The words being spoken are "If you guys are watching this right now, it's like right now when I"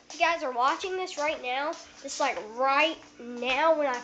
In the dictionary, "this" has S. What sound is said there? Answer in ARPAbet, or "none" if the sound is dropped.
S